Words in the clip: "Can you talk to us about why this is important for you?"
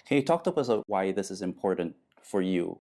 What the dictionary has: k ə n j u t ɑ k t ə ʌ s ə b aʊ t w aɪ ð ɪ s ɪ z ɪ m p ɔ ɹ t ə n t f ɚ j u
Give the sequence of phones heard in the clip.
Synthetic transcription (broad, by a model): k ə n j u t ɑ k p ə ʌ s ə ʊ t w aɪ ð ɪ s ɪ z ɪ m p ɔ ɹ t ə n t f ɚ j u